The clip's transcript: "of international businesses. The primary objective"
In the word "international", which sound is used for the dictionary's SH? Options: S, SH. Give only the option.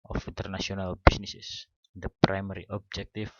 S